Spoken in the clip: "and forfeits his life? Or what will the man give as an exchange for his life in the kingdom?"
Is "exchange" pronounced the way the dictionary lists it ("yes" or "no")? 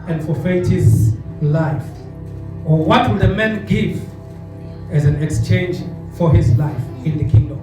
yes